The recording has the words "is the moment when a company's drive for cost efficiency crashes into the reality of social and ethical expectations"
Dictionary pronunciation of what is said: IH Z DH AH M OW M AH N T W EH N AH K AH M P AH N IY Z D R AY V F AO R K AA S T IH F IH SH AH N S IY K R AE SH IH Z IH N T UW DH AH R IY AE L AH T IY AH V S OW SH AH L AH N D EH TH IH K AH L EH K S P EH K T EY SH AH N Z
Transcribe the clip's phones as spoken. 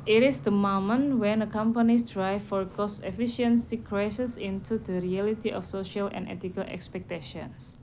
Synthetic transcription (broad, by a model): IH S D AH M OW M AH N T W EH N AH K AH M P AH N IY S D R AY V F AO R K AA S T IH F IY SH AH N S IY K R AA S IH S IH N T UW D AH R IY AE L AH T IY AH F S OW SH AH L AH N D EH T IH K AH L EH K S P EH K T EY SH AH N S